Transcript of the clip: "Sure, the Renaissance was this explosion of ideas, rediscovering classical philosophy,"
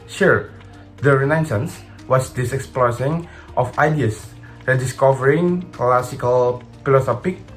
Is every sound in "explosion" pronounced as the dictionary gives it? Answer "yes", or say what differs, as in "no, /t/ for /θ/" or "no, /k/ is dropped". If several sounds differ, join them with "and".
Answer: no, /s/ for /ʒ/